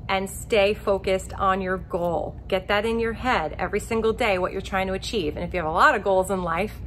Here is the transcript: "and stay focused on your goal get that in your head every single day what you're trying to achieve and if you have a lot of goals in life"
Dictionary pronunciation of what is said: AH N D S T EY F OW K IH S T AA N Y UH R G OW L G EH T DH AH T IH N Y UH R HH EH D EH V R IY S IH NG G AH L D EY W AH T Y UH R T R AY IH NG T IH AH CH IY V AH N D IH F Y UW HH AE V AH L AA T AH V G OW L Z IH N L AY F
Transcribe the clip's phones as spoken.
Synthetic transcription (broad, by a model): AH N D S T EY F OW K IH S T N Y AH R G OW L G EH T DH AH T IH N Y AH R HH EH D EH V R IY S IH NG G L D EY W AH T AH R T R AY IH NG T IH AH CH IY V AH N IH F Y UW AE V AH L AA T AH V G OW L Z IH N L AY F